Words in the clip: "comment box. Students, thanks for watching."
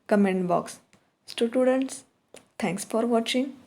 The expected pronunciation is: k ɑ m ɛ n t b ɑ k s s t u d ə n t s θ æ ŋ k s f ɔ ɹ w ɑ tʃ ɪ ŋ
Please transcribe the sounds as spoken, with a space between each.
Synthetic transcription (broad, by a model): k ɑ m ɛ n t b ɑ k s s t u d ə n t s t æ ŋ k s f ɔ ɹ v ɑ tʃ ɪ ŋ